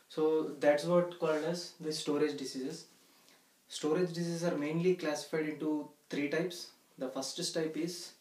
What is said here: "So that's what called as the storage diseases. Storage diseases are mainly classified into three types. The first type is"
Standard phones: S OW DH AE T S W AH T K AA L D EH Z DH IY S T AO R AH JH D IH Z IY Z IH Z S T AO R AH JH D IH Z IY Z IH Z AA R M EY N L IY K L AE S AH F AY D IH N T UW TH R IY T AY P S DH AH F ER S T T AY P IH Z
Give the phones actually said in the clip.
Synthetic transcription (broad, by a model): S OW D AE T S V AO T K AA L D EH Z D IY S T AO R AH JH D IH S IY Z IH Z S T AO R AH JH D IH S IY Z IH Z AA R M EY N L IY K L AE S AH F AY D IH N T UW T R IY T AY P S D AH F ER S T T AY P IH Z